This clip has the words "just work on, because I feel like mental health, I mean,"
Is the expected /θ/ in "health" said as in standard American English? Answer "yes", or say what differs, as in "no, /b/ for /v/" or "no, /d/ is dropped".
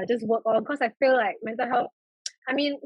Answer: no, /f/ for /θ/